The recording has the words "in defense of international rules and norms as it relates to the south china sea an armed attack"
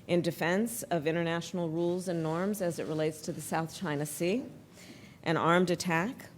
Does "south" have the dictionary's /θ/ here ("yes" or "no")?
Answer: yes